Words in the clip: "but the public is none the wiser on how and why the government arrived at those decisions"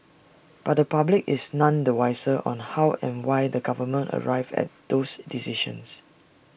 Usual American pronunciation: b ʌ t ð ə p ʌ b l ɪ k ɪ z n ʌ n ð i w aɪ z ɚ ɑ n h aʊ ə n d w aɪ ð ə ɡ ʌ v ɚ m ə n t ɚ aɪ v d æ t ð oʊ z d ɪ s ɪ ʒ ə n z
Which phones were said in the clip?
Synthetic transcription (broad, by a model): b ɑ t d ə p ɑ b l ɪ k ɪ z n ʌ n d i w aɪ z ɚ ɑ n h aʊ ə n w aɪ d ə ɡ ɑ v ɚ m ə n t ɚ aɪ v ɛ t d oʊ s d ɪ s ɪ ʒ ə n s